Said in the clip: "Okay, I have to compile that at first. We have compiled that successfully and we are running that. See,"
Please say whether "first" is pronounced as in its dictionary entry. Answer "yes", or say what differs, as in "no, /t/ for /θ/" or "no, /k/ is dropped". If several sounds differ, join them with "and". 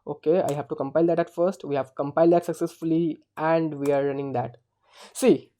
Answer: yes